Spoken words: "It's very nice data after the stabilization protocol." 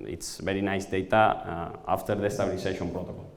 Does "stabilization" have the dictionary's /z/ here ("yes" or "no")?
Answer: no